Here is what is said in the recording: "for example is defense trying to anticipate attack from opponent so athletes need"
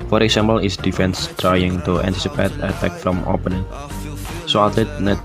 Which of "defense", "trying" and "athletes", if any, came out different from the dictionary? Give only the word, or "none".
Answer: athletes